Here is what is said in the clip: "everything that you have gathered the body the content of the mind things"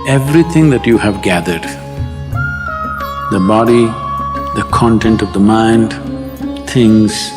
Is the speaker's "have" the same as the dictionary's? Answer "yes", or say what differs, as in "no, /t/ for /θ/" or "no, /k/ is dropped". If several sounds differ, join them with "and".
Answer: yes